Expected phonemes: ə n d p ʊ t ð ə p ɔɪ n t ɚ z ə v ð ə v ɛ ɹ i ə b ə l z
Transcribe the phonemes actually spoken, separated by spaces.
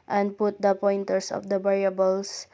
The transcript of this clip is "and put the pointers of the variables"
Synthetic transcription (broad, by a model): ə n d p ʊ t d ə p ɔɪ n t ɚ s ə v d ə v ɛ ɹ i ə b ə l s